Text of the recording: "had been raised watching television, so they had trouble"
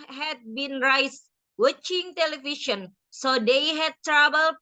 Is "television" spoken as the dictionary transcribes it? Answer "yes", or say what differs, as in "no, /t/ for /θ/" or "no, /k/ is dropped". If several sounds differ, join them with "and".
no, /ʃ/ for /ʒ/